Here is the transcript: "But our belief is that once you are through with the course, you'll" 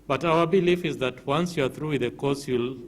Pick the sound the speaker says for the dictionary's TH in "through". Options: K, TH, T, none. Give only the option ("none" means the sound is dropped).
TH